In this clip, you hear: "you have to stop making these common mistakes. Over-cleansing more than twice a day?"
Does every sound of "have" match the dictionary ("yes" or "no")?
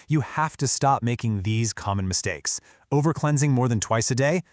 no